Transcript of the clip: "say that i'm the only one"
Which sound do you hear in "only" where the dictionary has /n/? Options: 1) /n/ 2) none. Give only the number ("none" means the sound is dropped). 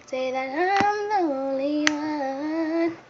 2